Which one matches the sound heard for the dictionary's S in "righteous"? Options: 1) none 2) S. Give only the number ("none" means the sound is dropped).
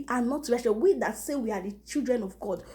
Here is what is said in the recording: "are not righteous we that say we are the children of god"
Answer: 1